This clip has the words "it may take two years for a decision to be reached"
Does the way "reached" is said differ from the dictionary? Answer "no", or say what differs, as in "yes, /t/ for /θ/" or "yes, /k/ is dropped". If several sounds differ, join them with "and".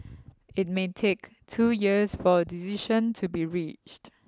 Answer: no